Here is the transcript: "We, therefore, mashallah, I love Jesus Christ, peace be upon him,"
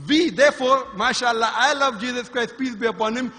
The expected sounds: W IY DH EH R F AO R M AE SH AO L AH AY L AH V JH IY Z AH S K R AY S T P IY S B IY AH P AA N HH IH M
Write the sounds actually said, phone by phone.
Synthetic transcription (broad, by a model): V IY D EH R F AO R M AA SH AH L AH AY L AH V JH IY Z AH S K R AY S T P IY S B IY AH P AA N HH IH M